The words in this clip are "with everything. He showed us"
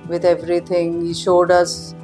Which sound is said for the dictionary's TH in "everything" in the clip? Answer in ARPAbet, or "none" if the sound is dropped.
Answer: T